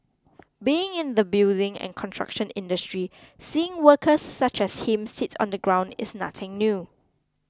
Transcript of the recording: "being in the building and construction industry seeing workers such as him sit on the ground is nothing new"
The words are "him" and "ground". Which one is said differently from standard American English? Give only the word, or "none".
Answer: none